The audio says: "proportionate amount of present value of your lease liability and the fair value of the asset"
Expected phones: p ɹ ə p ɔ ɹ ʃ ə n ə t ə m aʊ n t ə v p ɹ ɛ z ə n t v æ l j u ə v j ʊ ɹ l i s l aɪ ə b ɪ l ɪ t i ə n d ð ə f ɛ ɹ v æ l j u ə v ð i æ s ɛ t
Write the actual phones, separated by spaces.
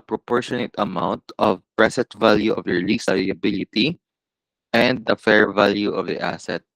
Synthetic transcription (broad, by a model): p ɹ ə p ɔ ɹ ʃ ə n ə t ə m aʊ n t ə v p ɹ ɛ s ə n t v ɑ l j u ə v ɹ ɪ l i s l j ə b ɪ l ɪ t i ə n d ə f ɛ ɹ v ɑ l j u ə v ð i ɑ s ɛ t